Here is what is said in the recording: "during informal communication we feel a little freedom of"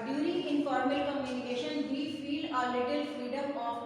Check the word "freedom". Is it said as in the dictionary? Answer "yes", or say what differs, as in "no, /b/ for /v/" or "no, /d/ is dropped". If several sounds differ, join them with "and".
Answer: yes